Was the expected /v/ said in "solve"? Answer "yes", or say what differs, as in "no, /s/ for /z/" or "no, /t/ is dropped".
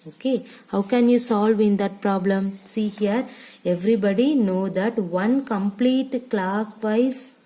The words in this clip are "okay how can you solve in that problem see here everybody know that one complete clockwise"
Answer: yes